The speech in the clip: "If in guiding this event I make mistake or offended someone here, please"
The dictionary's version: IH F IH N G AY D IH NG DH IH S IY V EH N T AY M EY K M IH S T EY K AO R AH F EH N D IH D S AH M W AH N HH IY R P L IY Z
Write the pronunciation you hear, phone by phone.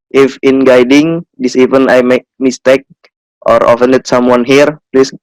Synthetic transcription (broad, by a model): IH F IH N G AY D IH NG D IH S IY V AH N AY M EY K M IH S T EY K AO R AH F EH N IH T S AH M W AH N HH IY R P L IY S